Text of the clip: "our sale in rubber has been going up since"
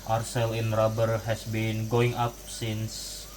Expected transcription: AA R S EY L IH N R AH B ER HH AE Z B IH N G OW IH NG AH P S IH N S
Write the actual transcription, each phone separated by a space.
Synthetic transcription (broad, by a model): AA R S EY L IH N R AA B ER HH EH S B IH N G OW IH NG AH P S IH N S